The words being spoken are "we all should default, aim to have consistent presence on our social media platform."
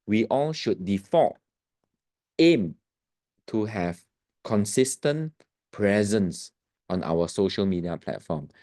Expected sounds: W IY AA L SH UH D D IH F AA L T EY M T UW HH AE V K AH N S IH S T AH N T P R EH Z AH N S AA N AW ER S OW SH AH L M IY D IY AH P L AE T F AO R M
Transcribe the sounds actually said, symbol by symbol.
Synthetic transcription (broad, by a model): W IY AA L SH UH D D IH F AA T EY M T UW HH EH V K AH N S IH S T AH N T P R EH Z AH N S AA N AW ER S OW SH AH L M IY D IY AH P L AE T F AO M